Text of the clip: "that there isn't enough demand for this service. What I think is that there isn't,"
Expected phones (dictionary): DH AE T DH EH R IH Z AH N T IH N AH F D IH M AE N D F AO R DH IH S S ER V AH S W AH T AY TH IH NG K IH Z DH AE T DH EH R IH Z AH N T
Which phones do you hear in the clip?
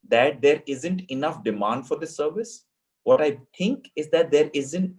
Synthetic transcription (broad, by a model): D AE T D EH R IH Z AH N T IH N AH F D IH M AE N D F AO R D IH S S ER V AH S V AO T AY T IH NG K IH Z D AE T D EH R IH Z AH N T